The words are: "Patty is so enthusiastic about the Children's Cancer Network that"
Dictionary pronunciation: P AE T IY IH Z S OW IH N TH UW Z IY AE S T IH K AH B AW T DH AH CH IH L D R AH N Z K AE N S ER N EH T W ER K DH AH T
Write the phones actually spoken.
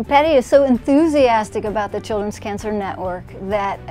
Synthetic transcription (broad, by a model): P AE T IY IH Z S OW IH N TH UW Z IY AE S T IH K AH B AW T DH AH CH IH L D R AH N Z K AE N S ER N EH T W ER K DH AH T